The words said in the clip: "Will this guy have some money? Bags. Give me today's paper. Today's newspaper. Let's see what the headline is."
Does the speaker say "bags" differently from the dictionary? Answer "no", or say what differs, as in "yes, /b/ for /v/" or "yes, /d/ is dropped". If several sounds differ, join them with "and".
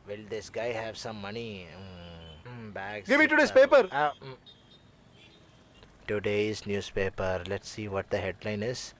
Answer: yes, /z/ is dropped